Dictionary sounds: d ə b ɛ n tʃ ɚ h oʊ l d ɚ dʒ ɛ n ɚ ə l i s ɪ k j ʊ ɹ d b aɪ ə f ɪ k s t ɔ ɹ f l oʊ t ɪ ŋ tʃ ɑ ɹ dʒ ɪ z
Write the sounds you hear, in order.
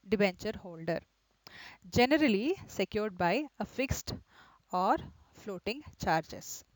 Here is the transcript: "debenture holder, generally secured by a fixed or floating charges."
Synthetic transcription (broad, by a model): d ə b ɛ n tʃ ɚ h oʊ l d ɚ dʒ ɛ n ɚ ə l i s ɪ k j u ɹ d b aɪ ə f ɪ k s t ɔ ɹ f l oʊ t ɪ ŋ tʃ ɑ ɹ dʒ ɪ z